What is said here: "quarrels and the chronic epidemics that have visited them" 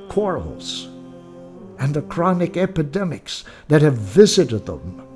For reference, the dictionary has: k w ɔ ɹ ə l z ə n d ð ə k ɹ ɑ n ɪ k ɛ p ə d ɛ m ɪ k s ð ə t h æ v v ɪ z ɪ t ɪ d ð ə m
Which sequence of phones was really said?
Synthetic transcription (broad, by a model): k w ɔ ɹ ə l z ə n ð ə k ɹ ɑ n ɪ k ɛ p ə d ɛ m ɪ k s ð ə t h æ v v ɪ z ɪ t ɪ d ð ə m